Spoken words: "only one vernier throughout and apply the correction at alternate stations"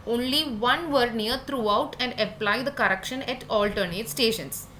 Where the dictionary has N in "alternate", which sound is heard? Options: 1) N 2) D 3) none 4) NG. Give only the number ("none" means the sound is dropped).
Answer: 1